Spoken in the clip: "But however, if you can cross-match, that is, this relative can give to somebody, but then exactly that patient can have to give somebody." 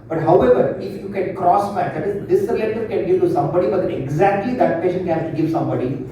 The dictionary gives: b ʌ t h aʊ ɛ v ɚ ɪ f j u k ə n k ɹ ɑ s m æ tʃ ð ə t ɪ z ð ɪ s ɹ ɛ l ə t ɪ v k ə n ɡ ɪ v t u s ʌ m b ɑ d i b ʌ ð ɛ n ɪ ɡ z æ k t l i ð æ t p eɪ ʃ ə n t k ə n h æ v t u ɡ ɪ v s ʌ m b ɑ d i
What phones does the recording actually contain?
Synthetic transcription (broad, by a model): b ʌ t h aʊ ɛ v ɚ ɪ f j u k ə n k ɹ ɑ s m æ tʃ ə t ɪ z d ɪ s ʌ ə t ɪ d k ə n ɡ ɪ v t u s ʌ m b ɑ d i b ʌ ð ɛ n ɪ ɡ z æ k t l i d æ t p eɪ ʃ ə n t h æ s t u ɡ ɪ v s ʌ m b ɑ d i